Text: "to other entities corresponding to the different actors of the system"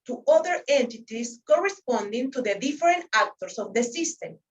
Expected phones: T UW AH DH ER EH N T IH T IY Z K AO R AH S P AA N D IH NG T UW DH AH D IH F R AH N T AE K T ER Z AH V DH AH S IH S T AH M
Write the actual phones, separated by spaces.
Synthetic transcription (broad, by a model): T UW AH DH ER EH N T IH T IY S K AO R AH S P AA N D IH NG T UW DH AH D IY F R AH N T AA K T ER S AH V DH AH S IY S T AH M